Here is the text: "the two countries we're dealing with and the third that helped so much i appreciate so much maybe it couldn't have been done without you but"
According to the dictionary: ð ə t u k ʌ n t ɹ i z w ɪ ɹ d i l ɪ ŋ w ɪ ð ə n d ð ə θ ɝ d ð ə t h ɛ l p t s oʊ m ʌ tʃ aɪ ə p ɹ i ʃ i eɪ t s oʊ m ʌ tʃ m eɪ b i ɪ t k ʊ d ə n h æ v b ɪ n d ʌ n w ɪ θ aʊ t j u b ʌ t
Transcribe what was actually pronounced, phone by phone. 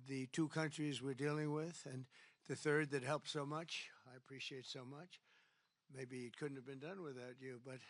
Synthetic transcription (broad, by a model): ð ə t u k ʌ n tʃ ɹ i z w ɪ ɹ d i l ɪ ŋ w ɪ ð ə n ð ə θ ɝ d ð ə t h ɛ l p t s oʊ m ʌ tʃ aɪ ə p ɹ i ʃ i eɪ t s oʊ m ʌ tʃ m eɪ b i ɪ t k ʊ d n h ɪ v b ɪ n d ʌ n w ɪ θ aʊ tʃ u b ʌ t